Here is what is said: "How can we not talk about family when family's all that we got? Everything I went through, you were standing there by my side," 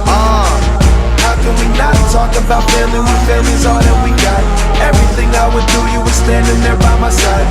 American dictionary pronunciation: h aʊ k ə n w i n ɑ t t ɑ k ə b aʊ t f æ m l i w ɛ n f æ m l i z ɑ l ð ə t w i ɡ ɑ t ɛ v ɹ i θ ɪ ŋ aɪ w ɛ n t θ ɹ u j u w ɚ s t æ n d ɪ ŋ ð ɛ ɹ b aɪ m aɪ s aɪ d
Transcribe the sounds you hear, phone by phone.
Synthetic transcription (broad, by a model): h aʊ k ə n w i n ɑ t t ɑ k ə b aʊ t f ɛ l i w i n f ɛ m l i z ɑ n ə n w i ɡ ɑ t ɛ v ɹ i θ ɪ ŋ aɪ w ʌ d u j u w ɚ s t æ n d ɪ ŋ ð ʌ ɹ b aɪ m aɪ s aɪ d